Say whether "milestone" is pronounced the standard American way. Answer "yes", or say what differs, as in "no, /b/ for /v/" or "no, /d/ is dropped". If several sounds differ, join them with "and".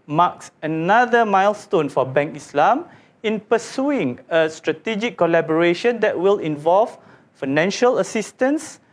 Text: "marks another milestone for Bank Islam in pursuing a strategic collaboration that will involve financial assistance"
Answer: yes